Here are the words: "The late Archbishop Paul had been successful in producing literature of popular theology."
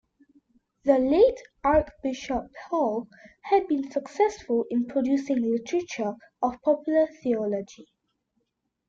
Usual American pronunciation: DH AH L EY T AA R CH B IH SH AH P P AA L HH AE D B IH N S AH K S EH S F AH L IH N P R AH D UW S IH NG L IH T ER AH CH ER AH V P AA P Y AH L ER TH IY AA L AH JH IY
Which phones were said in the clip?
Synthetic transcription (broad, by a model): DH AH L EY T AA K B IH SH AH P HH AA L HH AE D B IH N S AH K S EH S F AH L IH N P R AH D UW S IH NG L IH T ER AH CH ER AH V P AA P Y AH L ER TH IY AA L AH JH IY